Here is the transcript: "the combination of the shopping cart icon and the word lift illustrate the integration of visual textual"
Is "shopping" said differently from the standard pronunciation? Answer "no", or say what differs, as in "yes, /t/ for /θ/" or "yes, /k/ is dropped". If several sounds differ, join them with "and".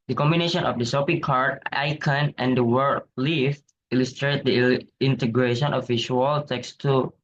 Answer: yes, /s/ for /ʃ/